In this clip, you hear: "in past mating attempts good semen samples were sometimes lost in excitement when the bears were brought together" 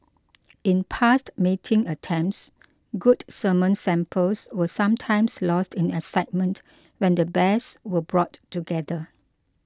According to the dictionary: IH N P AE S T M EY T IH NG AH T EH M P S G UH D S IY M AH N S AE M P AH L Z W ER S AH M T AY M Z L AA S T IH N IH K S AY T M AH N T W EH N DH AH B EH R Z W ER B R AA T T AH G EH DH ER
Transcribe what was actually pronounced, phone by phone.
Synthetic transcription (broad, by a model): IH N P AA S T M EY T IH NG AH T EH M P S G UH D S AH M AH N S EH M P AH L S W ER S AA M T AY M S L AA S T IH N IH S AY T M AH N T W EH N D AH B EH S W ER B R AA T T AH G EH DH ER